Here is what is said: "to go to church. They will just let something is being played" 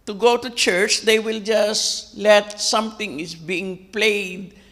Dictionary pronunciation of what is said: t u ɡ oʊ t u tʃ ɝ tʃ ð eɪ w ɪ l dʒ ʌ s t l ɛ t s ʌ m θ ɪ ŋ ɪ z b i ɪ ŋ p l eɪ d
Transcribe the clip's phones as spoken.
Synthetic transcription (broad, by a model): t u ɡ oʊ t u tʃ ɝ tʃ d eɪ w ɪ l dʒ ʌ s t l ɛ t s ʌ m t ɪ ŋ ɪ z b i ɪ ŋ p l eɪ d